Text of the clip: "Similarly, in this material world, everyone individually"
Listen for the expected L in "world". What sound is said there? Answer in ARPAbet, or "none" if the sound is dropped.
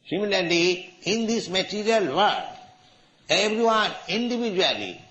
none